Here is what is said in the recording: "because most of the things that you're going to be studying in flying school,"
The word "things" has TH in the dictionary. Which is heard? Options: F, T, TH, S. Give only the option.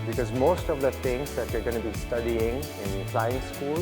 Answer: T